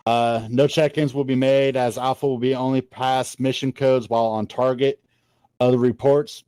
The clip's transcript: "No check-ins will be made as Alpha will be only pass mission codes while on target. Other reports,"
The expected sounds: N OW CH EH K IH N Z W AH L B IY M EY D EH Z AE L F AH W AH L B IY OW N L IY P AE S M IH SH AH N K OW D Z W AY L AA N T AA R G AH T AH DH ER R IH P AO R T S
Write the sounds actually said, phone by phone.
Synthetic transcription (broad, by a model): N OW CH EH K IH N Z W AH L B IY M EY D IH Z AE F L W AH L B IY OW N L IY P AE S M IH SH AH N K OW D Z W AY L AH N T AA R G AH T AH DH ER R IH P AO R T S